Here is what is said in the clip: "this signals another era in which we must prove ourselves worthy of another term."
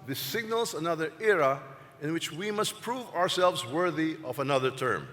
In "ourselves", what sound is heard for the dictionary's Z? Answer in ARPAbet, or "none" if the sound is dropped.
Z